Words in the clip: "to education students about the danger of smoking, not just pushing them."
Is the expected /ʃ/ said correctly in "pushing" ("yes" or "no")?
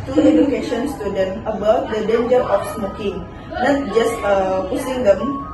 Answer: no